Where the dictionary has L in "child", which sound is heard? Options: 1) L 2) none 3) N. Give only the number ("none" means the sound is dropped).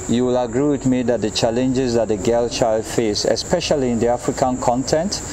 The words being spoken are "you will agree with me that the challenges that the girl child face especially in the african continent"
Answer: 1